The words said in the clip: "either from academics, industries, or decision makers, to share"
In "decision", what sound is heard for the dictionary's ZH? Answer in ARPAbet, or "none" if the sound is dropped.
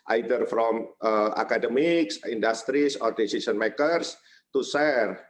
S